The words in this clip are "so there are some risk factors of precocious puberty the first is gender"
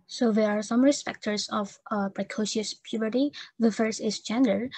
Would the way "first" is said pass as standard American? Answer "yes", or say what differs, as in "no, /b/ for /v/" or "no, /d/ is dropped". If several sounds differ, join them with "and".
no, /t/ is dropped